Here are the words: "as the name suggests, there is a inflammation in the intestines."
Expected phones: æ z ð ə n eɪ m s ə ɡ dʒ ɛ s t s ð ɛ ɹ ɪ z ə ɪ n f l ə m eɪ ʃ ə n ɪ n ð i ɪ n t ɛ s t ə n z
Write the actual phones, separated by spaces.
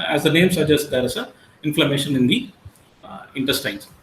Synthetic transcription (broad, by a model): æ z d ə n eɪ m s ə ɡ dʒ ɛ s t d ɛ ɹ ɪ s ə ɪ n f l ə m eɪ ʃ ə n ɪ n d i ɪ n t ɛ s t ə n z